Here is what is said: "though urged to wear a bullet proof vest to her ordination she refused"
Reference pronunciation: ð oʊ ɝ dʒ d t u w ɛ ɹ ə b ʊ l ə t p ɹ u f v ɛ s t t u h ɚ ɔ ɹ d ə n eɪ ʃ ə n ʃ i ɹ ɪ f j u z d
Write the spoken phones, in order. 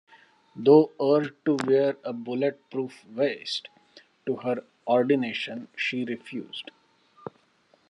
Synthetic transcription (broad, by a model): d oʊ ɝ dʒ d t u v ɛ ɹ ə b ʊ l ə t p ɹ u f v ɛ s t t u h ɚ ɔ ɹ d ə n eɪ ʃ ə n ʃ i ɹ ɪ f j u z d